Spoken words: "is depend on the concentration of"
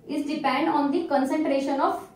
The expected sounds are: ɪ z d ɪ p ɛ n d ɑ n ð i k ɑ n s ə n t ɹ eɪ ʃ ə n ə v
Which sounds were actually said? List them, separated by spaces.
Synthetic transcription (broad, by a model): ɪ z d ɪ p ɛ n d ɑ n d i k ɑ n s ə n t ɹ eɪ ʃ ə n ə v